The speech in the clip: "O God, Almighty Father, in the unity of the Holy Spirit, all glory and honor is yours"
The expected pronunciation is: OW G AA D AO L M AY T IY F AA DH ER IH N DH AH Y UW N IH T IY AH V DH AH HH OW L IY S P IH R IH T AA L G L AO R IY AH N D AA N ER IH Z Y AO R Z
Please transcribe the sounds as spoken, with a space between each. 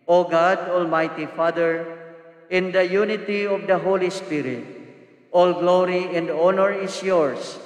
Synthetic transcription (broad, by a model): OW G AA D AO L M AY T IY F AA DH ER IH N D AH Y UW N IH T IY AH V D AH HH OW L IY S P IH R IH T AA L G L AO R IY AH N D AA N ER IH S Y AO R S